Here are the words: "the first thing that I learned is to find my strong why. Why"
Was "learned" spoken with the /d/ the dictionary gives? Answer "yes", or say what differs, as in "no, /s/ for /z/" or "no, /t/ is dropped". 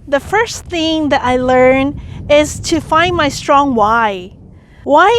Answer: no, /d/ is dropped